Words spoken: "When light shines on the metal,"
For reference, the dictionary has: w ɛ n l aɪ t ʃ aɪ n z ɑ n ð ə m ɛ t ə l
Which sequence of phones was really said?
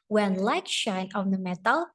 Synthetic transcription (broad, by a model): w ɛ n l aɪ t ʃ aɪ n ɑ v ð ə m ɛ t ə l